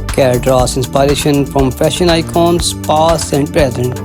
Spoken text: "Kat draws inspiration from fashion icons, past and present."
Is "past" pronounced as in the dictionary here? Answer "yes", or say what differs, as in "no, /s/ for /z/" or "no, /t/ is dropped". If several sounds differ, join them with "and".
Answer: no, /t/ is dropped